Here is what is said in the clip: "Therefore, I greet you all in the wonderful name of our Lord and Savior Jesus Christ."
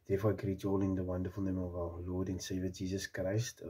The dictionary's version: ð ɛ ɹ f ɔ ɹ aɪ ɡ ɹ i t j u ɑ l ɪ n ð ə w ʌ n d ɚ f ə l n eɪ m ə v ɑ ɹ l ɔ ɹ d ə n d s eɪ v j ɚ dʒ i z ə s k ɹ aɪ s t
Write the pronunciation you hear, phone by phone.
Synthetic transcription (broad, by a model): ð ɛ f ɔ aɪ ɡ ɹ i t ɑ l ɪ n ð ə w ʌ n d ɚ f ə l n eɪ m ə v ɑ l l ɔ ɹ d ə n s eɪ v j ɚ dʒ i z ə s k ɹ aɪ s t